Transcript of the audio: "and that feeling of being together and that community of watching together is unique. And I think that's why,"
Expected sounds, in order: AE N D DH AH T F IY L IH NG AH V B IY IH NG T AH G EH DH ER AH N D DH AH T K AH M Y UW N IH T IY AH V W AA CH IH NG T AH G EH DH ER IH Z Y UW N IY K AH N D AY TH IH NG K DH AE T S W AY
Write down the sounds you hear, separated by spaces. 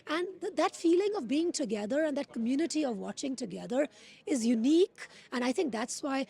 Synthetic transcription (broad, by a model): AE N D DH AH T F IY L IH NG AH V B IY IH NG T AH G EH DH ER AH N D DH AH T K AH M Y UW N IH T IY AH V W AA CH IH NG T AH G EH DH ER IH Z Y UW N IY K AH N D AY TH IH NG K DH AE T S W AY